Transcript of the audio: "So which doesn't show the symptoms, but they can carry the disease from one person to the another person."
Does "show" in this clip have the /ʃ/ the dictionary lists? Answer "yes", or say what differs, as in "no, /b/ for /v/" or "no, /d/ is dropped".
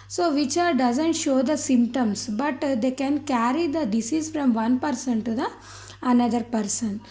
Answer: yes